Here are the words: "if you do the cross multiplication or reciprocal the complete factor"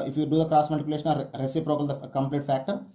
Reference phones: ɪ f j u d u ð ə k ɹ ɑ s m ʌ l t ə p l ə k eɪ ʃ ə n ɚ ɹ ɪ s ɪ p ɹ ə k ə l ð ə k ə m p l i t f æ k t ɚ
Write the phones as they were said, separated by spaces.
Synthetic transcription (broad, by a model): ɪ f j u d u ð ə k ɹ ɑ s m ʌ t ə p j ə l eɪ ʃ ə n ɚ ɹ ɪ s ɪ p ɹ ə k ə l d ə k ə m p l i t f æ k t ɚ